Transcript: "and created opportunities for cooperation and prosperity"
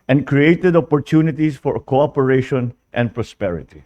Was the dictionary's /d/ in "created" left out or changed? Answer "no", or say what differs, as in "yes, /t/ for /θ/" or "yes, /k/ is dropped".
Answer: no